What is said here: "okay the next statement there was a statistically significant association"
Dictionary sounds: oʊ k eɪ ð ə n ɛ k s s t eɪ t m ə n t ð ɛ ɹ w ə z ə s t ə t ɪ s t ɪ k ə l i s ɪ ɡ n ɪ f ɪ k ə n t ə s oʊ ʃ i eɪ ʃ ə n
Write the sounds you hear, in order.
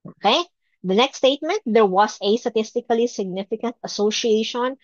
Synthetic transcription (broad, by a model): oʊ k eɪ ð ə n ɛ k s s t eɪ t m ə n t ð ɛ ɹ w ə s ə s t ə t ɪ s t ɪ k ə l i s ɪ ɡ n ɪ f ɪ k ə n t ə s oʊ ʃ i eɪ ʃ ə n